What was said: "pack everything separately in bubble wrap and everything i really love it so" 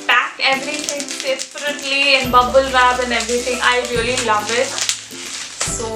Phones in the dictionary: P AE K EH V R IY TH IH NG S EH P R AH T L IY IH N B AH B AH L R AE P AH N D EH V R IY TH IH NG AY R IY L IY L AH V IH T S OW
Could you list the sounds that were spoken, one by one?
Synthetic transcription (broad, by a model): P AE K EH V R IY T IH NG S EH P R AH T L IY IH N B AH B AH L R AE B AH N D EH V R IY T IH NG AY R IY L IY L AH V IH T S OW